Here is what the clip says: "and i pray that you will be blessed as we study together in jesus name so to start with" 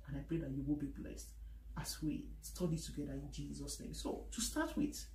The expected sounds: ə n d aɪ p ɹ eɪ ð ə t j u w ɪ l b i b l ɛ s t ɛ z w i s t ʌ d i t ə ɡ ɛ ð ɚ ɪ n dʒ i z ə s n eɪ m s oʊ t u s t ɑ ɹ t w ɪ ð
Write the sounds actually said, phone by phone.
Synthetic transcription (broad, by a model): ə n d aɪ p ɹ eɪ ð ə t j u w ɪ l b i b l ɛ s t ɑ s w i s t ʌ d i t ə ɡ ɛ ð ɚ ɪ n dʒ i z ə s n eɪ m s oʊ t u s t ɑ t w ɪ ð